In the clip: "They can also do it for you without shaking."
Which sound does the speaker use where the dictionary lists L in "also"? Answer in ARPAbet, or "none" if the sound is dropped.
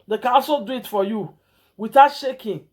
none